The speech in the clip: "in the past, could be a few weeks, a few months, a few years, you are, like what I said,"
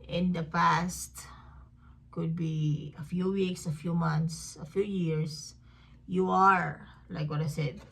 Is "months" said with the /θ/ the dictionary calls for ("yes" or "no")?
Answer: no